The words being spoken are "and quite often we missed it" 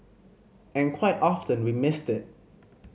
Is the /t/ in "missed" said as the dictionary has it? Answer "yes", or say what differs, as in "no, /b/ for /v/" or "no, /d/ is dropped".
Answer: yes